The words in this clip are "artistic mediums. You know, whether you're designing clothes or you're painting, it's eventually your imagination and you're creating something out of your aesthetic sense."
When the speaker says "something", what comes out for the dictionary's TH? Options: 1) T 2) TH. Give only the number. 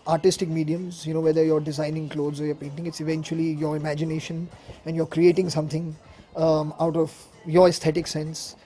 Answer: 1